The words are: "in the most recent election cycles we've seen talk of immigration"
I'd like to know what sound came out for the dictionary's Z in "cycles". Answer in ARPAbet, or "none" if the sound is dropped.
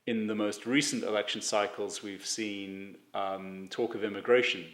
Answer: Z